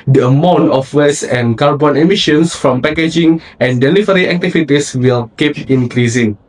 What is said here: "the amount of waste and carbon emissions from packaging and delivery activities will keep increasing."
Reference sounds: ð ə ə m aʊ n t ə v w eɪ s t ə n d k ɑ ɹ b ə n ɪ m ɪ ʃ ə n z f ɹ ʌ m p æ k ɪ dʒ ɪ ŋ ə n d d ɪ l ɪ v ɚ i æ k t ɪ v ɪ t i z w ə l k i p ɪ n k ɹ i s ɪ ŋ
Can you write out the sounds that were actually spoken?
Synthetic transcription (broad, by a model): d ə ə m aʊ n t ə f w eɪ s ə n k ɑ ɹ b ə n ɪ m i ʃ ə n s f ɹ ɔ m p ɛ k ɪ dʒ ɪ ŋ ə n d d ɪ l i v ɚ i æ k t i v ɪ t i s w ə l k i p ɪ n k ɹ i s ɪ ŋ